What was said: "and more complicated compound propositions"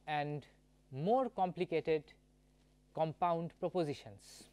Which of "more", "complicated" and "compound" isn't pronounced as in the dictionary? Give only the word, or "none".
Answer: none